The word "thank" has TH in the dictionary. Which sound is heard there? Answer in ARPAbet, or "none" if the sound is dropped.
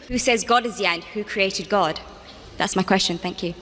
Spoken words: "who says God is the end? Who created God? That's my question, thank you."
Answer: TH